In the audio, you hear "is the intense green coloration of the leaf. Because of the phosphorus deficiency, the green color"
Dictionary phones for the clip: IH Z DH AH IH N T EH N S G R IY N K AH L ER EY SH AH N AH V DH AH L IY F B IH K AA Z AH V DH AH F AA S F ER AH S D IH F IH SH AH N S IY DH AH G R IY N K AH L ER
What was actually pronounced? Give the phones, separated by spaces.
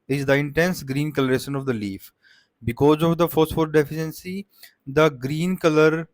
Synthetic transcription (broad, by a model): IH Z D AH IH N T EH N S G R IY N K AH L ER EY SH AH N AH V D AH L IY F B IH K AA Z AH V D AH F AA S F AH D D IH F IH SH AH N S IY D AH G R IY N K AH L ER